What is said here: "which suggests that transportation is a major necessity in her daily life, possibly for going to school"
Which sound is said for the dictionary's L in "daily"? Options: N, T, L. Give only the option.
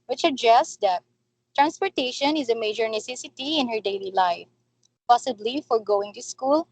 L